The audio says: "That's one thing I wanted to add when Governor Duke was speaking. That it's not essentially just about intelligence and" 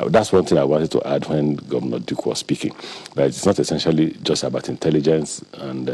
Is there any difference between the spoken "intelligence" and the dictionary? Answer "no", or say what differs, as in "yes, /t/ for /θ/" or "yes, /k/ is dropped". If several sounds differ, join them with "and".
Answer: no